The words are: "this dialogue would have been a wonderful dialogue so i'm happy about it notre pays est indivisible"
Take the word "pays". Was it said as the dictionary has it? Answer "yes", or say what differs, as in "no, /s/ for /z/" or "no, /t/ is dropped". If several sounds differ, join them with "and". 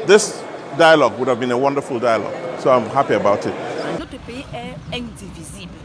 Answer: no, /z/ is dropped